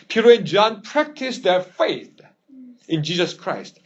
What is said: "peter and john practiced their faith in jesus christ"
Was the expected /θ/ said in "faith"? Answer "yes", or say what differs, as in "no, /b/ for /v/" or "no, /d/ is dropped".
yes